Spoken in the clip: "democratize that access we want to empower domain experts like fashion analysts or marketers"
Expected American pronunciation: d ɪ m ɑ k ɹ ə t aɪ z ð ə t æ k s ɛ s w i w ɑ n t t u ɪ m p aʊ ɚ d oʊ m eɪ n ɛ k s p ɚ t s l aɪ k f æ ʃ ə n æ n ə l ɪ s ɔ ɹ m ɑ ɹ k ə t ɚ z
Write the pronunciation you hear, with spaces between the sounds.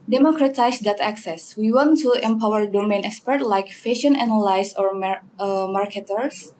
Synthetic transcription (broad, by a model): d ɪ m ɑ k ɹ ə t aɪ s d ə t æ k s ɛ s w i w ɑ n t t u ɪ m p aʊ ɚ d oʊ m eɪ n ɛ k s p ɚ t l aɪ k f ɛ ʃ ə n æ n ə l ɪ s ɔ ɹ m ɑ ɹ k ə t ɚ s